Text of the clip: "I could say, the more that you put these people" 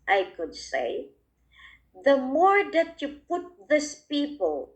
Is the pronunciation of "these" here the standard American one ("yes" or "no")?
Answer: no